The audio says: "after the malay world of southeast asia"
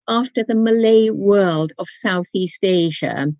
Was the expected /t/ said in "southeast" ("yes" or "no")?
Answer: yes